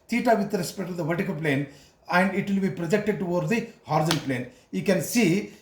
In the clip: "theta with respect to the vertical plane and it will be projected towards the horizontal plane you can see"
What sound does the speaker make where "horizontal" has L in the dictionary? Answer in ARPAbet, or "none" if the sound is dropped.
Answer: N